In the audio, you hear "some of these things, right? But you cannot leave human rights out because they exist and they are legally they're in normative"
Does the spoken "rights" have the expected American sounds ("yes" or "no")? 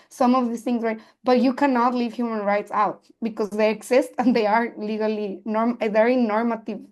yes